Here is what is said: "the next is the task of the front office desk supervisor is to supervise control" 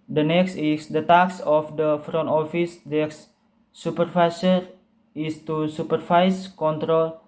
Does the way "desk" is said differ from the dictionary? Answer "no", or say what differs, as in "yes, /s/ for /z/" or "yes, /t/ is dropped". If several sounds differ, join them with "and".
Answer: yes, /s/ is dropped